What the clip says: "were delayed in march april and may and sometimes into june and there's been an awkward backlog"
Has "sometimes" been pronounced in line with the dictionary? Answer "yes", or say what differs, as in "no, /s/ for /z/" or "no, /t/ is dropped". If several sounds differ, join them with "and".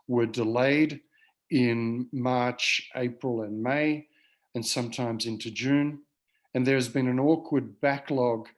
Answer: yes